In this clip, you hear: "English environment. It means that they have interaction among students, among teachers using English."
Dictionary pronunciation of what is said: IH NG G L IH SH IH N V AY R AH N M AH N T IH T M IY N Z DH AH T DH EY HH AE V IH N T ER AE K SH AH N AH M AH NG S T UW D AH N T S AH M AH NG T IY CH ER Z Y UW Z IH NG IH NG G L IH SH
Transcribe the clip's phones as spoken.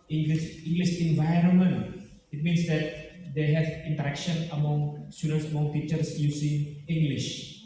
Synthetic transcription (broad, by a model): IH NG G L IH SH IH N V AY R AH N M AH N T IH T M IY N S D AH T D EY HH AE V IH N T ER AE K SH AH N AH M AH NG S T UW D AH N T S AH M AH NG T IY CH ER S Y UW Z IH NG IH NG G L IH SH